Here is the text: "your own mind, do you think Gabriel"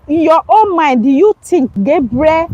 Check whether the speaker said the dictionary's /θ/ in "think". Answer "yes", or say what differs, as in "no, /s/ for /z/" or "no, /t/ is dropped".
no, /t/ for /θ/